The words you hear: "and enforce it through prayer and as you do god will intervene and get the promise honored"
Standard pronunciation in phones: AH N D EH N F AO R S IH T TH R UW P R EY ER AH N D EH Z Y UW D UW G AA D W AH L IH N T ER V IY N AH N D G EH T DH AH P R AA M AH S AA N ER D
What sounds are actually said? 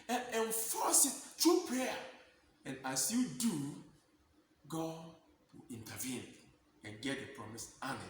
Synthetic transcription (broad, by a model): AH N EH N F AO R S IH T T R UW P R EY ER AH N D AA S Y UW D UW G AA D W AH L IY N T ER V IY N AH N G EH T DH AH P R AA M AH S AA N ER